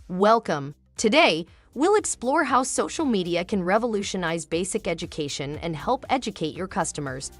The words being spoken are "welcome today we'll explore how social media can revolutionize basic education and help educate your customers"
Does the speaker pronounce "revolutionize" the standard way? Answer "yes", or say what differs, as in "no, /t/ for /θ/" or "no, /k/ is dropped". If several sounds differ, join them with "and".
yes